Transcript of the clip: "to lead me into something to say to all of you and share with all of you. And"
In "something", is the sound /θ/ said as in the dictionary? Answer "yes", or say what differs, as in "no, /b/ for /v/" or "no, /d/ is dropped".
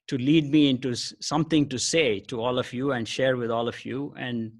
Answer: no, /t/ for /θ/